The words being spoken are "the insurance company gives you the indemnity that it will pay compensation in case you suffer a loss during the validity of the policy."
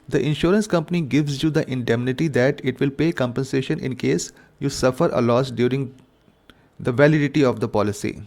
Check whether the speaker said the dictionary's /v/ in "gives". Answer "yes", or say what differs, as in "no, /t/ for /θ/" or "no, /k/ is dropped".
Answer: yes